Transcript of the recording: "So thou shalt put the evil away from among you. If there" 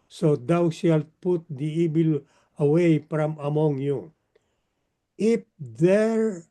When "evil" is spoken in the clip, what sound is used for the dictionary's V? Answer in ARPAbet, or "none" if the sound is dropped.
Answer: B